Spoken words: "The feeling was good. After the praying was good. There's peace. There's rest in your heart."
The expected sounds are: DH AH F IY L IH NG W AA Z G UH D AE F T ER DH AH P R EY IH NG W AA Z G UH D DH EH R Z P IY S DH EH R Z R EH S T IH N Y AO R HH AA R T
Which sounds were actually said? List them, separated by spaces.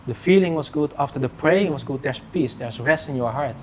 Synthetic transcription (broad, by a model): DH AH F IY L IH NG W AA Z G UH D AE F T ER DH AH P R EY IH NG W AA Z G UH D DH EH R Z P IY S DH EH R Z R EH S T IH N Y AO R HH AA R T